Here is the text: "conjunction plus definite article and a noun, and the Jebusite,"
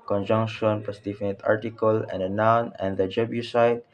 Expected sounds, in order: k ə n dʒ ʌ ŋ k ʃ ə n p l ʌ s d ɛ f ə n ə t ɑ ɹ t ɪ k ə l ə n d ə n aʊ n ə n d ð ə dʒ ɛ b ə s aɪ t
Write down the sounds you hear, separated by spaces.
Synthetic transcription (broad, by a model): k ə n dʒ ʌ ŋ k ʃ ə n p ʌ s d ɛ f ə n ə t ɑ ɹ t ɪ k ə l ə n d ə n aʊ n ə n d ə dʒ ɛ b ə s aɪ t